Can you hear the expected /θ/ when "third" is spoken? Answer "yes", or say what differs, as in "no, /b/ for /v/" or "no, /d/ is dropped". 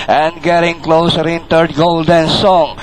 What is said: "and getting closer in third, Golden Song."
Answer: no, /t/ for /θ/